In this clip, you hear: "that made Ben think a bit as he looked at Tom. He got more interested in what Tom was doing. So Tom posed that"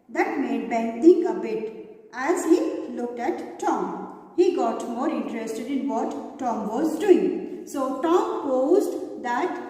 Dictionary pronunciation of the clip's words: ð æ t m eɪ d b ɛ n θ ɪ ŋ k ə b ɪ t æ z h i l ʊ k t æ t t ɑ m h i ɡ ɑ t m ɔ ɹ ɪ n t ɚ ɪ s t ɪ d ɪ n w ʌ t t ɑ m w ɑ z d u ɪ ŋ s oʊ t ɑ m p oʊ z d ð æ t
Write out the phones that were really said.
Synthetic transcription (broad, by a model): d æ t m eɪ d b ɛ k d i k ə b ɪ t æ z h i l ʊ k t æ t t ɑ m h i ɡ ɑ t m ɔ ɹ ɪ n t ɚ ɪ s t ɪ d ɪ n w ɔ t t ɑ m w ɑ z d u ɪ ŋ s oʊ t ɑ m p oʊ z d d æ t